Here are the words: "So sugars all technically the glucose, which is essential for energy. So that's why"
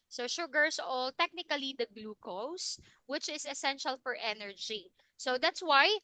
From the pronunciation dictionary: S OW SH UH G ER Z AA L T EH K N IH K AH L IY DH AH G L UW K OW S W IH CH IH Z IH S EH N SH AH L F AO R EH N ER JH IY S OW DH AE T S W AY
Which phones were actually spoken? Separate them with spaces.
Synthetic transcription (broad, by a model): S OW SH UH G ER S AA L T EH K N IH K AH L IY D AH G L UW K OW S W IH CH IH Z IH S EH N SH AH L F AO R EH N ER JH IY S OW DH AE T S W AY